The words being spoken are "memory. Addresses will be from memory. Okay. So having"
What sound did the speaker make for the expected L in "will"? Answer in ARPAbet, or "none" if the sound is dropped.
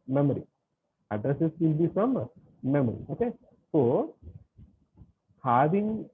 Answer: N